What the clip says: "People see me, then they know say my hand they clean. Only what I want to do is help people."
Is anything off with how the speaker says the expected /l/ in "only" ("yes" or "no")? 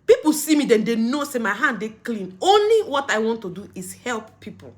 no